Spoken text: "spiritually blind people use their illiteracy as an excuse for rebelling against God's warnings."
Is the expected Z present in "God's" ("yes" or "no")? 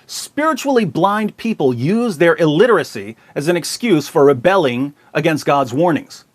yes